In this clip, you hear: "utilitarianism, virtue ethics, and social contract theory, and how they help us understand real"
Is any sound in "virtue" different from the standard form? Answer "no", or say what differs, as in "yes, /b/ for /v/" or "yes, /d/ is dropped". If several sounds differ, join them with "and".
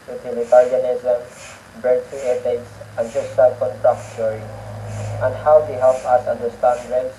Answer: yes, /b/ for /v/